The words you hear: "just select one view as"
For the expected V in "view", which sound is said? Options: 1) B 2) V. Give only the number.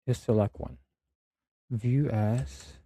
2